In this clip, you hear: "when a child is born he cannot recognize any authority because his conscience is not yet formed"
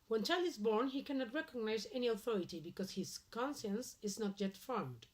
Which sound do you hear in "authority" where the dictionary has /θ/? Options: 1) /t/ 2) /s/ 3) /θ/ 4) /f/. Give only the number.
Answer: 3